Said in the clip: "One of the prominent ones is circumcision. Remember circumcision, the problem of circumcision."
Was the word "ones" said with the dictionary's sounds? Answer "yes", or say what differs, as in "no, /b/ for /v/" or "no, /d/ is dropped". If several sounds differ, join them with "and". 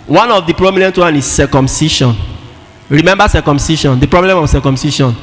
no, /z/ is dropped